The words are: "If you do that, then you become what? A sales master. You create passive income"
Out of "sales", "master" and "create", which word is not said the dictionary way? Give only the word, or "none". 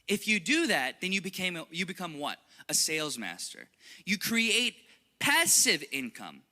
none